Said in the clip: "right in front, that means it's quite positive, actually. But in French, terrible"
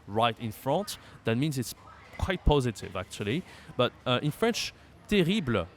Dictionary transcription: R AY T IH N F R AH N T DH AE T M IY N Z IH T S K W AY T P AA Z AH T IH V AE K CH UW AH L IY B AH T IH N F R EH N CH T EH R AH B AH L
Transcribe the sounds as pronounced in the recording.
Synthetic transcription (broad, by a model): R AY T IH N F R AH N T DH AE T M IY N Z IH T S K W AY T P AA Z AH T IH V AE K CH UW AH L IY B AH T IH N F R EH N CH T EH R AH B L